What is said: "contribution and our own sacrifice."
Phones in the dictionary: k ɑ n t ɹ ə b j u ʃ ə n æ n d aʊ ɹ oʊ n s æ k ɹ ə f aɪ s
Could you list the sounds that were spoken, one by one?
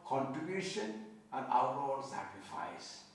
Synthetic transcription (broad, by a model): k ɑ n t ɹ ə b j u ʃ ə n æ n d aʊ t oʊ l s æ k ɹ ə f aɪ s